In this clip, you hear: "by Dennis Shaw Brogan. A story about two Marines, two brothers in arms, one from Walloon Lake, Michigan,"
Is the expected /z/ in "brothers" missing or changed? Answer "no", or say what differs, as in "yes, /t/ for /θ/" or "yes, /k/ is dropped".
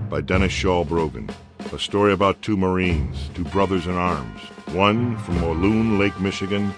no